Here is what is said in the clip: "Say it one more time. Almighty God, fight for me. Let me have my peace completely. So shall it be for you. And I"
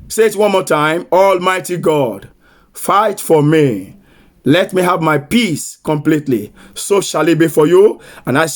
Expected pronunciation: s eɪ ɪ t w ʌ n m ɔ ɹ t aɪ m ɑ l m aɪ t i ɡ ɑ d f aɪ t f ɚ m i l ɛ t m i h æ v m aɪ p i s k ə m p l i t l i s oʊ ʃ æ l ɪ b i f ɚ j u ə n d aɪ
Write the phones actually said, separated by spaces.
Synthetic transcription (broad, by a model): s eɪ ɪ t w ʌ n m ɔ t aɪ m ɑ l m aɪ t i ɡ ɑ d f aɪ t f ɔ m i l ɛ t m i h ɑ v m aɪ p i s k ə m p l i t l i s oʊ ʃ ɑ l ɪ b i f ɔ j u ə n aɪ